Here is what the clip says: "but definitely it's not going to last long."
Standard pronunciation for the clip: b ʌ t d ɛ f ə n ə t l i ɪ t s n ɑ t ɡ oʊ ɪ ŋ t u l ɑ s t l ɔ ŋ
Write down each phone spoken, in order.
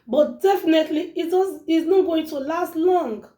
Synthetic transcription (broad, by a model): b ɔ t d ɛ f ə n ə t l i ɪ s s n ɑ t ɡ oʊ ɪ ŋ t u l ɑ s t l ɔ ŋ